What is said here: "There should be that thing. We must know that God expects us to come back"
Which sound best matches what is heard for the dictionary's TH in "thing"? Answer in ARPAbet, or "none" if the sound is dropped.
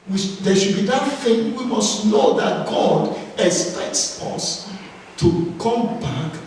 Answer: F